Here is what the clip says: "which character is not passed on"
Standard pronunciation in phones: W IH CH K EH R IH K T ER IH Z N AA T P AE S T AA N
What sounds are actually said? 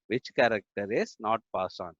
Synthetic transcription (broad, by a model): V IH CH K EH R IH K T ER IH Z N AA T P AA S AA N